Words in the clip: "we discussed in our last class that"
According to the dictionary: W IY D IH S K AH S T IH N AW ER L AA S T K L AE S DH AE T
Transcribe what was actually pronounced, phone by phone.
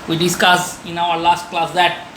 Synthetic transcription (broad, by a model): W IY D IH S K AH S IH N AW ER L AA S T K L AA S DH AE T